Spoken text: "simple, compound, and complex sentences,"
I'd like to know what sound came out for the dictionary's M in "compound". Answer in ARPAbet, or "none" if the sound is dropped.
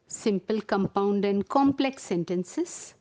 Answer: M